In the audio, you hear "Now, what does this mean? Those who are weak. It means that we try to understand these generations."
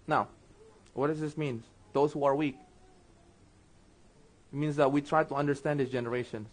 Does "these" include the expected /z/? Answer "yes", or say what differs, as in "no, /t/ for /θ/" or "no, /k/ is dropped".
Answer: no, /z/ is dropped